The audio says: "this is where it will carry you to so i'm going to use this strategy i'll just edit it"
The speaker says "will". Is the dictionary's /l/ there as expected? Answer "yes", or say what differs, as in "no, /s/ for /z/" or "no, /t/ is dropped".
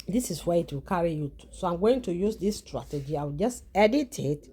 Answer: yes